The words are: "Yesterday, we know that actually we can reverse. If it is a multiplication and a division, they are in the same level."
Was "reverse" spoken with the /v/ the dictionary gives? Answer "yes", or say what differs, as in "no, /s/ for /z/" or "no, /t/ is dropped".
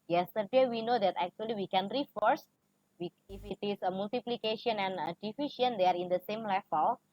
no, /f/ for /v/